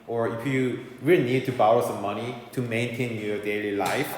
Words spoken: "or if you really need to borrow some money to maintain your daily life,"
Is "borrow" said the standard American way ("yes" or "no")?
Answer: no